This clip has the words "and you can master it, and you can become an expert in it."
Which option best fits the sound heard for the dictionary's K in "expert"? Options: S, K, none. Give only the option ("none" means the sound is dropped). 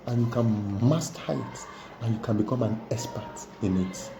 none